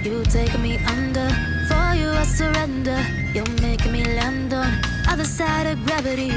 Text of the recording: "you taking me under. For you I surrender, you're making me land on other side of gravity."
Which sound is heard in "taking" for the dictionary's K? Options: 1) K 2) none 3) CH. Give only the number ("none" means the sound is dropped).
2